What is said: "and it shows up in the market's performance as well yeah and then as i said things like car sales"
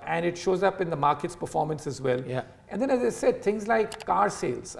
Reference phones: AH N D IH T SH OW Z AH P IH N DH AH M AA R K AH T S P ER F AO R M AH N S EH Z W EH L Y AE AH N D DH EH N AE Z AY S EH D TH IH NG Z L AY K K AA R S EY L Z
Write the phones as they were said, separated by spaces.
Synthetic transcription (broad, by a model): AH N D IH T SH OW Z AH P IH N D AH M AA R K AH T S P ER F AO R M AH N S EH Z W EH L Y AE AH N D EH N AE Z AY S EH D T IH NG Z L AY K K AA R S EY L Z